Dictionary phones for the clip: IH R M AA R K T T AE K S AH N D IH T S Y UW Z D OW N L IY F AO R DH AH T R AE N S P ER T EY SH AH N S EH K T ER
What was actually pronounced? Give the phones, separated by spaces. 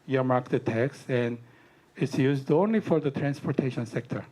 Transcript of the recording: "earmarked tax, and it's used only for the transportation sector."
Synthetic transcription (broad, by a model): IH M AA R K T T AE K S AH N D IH T S Y UW Z D OW N L IY F AO R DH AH T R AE N S P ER T EY SH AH N S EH K T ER